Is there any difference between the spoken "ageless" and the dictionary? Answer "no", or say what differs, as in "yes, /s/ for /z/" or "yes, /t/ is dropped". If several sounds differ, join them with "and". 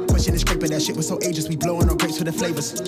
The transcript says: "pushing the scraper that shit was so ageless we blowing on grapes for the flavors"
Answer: yes, /l/ is dropped